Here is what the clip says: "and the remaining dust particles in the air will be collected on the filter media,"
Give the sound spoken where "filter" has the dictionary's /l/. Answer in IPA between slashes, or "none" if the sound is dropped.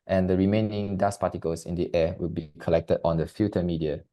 none